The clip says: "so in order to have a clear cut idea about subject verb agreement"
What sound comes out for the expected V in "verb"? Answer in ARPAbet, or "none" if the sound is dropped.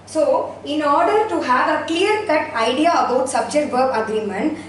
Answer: B